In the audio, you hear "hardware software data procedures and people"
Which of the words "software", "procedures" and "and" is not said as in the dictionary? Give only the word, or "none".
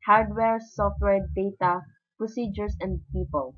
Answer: procedures